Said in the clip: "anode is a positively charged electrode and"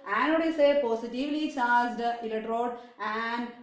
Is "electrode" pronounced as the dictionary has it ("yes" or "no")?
no